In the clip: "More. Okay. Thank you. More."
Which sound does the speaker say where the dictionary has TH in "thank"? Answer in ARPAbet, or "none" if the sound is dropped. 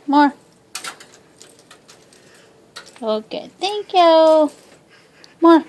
T